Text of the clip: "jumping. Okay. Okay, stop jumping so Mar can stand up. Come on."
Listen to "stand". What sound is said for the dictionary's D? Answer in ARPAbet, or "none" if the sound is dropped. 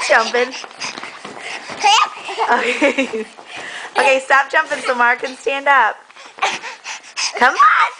D